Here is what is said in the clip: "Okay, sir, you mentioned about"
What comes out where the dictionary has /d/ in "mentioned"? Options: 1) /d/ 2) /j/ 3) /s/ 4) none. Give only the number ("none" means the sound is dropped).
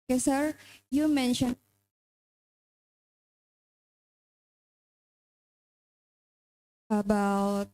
4